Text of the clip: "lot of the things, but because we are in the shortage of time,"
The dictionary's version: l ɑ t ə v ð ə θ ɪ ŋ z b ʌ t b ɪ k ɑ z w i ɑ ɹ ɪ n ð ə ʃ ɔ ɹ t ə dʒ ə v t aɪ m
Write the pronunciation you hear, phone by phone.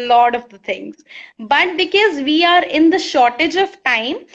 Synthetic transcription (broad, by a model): l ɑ t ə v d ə t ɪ ŋ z b ʌ t b ɪ k ɑ z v i ɑ ɹ ɪ n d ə ʃ ɔ ɹ t ə dʒ ə v t aɪ m